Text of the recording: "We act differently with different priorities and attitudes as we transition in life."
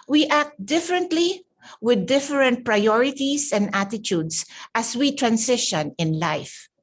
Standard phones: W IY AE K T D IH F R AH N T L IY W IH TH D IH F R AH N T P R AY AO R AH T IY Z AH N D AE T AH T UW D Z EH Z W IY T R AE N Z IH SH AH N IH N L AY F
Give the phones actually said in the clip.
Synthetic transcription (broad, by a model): W IY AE K T D IH F R AH N T L IY W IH D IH F R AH N T P R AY AO R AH T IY S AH N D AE T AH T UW D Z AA S W IY T R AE N S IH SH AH N IH N L AY F